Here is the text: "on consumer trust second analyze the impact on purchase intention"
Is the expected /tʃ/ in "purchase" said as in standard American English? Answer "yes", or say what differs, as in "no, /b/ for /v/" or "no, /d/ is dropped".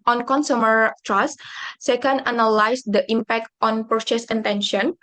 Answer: no, /s/ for /tʃ/